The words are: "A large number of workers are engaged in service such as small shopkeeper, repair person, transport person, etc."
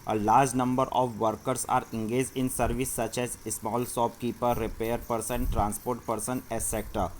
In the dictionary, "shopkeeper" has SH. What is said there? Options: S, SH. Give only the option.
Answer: S